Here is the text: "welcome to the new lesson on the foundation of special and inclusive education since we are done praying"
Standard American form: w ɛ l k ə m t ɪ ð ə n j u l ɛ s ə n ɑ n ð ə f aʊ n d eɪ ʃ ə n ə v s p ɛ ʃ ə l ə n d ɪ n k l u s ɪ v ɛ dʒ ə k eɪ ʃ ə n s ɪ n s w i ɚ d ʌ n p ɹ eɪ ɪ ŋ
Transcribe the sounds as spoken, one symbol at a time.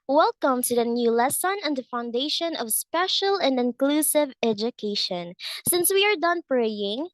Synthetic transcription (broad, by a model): w ɛ l k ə m t ɪ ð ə n j u l ɛ s ə n n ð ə f aʊ n d eɪ ʃ ə n ə v s p ɛ ʃ ə l ə n d ɪ n k l u s ɪ v ɛ dʒ ə k eɪ ʃ ə n s ɪ n s w i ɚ d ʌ n p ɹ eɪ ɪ ŋ